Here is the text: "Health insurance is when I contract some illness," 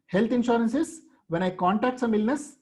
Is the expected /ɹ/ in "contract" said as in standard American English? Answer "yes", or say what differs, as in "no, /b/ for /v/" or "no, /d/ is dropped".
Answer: no, /ɹ/ is dropped